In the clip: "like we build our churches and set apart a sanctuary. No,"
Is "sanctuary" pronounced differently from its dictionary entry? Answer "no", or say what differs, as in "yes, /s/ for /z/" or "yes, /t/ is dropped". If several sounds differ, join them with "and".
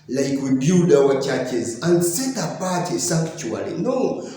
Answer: yes, /ŋ/ is dropped and /l/ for /ɹ/